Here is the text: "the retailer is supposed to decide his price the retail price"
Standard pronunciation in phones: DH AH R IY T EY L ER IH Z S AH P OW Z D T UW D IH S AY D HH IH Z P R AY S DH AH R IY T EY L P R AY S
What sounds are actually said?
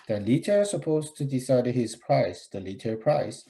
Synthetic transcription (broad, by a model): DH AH L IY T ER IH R S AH P OW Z T UW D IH S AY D HH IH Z P R AY S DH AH L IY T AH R P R AY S